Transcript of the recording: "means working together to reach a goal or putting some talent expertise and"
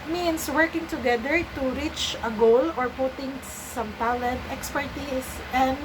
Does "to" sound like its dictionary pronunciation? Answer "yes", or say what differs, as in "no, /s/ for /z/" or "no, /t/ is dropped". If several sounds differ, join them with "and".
yes